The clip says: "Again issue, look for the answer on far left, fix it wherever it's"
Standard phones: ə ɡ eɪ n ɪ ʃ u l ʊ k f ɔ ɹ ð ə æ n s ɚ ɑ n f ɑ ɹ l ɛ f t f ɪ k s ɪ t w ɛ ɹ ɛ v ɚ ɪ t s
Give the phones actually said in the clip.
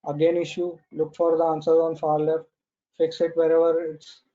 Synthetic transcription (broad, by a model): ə ɡ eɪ n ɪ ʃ u l ʊ k f ɔ ɹ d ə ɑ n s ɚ ɑ n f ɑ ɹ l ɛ t f ɪ k s ɪ t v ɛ ɹ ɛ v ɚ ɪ t s